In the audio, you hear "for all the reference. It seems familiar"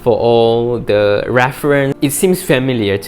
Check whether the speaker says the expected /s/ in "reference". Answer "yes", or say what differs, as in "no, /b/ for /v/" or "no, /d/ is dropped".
no, /s/ is dropped